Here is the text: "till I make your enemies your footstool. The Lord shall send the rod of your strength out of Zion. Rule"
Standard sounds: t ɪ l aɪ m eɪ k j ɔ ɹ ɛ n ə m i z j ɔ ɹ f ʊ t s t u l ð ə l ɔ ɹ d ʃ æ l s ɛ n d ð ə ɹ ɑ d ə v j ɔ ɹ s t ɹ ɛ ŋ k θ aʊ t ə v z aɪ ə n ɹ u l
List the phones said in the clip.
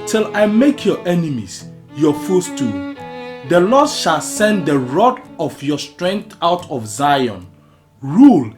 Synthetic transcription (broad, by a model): t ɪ l aɪ m eɪ k j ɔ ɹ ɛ n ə m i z j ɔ f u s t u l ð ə l ɔ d ʃ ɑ l s ɛ n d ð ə ɹ ɑ d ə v j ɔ s t ɹ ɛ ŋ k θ aʊ t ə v z aɪ ə n ɹ u l